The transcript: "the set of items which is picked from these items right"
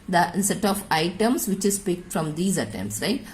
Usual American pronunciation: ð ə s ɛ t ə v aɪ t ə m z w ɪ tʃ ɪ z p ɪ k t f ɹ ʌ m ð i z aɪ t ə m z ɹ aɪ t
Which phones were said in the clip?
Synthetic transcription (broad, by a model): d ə s ɛ t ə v aɪ t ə m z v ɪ tʃ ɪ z p ɪ k t f ɹ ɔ m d i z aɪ t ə m s ɹ aɪ t